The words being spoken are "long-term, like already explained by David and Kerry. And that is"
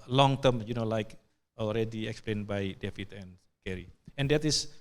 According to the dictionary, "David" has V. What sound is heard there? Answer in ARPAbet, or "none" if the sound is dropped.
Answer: F